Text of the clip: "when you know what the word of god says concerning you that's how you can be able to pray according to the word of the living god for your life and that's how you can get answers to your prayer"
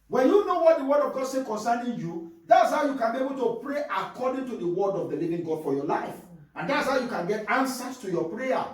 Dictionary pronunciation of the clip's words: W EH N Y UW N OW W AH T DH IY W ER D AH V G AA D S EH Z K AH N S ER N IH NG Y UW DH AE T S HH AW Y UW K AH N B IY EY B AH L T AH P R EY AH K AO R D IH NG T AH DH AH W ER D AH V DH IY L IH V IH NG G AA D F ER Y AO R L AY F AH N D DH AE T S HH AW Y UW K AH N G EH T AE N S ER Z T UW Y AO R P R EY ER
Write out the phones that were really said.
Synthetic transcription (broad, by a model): W EH N Y UW N OW W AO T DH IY W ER D AH V G AA D S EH K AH N S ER N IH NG Y UW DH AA T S HH AW Y UW K AH N B IY EY B AH L T AH P R EY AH K AO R D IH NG T AH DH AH W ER D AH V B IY L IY V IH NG G AA D F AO Y AO L AY F AH N D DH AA T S HH AW Y UW K AH N G EH T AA N S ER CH T UW Y AO P R EY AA